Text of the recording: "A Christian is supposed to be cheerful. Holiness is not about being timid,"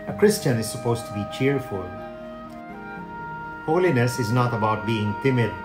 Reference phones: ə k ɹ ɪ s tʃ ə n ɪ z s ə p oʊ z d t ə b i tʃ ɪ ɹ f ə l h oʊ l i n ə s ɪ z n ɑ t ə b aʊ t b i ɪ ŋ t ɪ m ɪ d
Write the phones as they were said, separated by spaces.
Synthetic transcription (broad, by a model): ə k ɹ ɪ s tʃ ə n ɪ z s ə p oʊ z t ə b i tʃ ɪ ɹ f ə l h oʊ l i n ə s ɪ z n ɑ t ə b aʊ t b i ɪ ŋ t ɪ m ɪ d